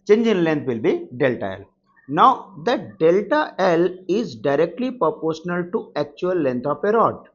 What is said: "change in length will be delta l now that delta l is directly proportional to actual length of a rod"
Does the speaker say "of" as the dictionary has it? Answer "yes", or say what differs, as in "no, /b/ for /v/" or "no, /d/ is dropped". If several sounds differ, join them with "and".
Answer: no, /p/ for /v/